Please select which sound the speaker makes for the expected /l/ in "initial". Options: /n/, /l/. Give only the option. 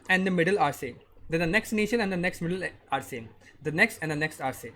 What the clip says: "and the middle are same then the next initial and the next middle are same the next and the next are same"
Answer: /n/